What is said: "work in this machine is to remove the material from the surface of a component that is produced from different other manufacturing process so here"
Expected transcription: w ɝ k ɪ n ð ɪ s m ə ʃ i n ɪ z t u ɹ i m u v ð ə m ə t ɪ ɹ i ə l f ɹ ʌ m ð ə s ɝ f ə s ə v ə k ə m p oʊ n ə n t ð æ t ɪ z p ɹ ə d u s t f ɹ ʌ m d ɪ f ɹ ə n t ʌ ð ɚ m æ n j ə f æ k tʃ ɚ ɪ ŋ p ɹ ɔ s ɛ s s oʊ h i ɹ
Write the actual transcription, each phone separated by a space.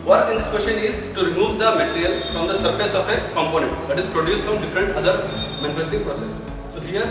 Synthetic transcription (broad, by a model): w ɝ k ɪ n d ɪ s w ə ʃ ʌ n ɪ z t u ɹ i m u v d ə m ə t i ɹ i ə l f ɹ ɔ m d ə s ɝ f ə s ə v ə k ə m p oʊ n ə n t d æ t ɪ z p ɹ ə d u s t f ɹ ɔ m d ɪ f ɹ ə n t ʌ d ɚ m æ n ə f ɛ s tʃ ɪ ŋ p ɹ ɔ s ɛ s s oʊ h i ɹ